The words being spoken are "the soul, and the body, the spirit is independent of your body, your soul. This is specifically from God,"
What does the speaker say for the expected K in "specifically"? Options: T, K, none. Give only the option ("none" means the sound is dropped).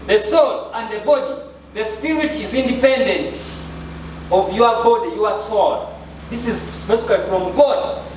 none